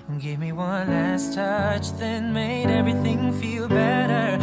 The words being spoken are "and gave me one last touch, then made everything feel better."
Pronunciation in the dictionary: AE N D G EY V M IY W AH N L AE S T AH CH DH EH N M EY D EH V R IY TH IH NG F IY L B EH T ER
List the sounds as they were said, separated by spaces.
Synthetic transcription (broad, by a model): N G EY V M IY W AH N L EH S T AH CH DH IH N M EY D EH V R IY TH IH NG F IY L B EH T ER